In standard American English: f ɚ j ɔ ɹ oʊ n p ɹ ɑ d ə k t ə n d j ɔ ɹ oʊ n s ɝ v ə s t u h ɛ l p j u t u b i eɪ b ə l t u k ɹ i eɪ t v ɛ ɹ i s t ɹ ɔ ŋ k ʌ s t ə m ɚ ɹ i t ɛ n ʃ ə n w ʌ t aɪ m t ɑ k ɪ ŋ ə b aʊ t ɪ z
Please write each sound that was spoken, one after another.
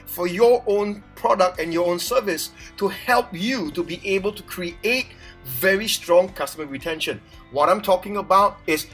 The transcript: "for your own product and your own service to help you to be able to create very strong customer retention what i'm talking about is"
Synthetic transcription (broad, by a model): f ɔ j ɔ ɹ oʊ n p ɹ ɑ d ə k t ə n j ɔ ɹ oʊ n s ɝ v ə s t u h ɛ l p j u t u b i eɪ b ə l t u k ɹ i eɪ t v ɛ ɹ i s t ɹ ɔ ŋ k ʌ s t ə m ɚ ɹ i t ɛ n ʃ ə n w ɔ t aɪ m t ɑ k ɪ ŋ ə b aʊ t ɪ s